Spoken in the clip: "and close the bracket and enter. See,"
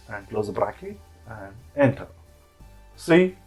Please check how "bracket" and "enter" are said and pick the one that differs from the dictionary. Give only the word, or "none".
bracket